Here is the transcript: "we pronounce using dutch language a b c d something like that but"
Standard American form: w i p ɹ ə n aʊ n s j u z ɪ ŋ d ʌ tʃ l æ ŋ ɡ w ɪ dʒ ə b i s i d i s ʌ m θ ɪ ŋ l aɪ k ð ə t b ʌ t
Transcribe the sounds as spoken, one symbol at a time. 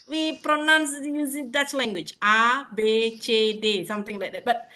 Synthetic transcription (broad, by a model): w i p ɹ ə n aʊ n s j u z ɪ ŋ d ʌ s l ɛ ŋ ɡ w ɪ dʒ ə b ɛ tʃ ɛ d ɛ s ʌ m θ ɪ ŋ l aɪ k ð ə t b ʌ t